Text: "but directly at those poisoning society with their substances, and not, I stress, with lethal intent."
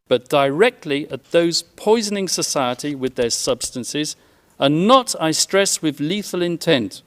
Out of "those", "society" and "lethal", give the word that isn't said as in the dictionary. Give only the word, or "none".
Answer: none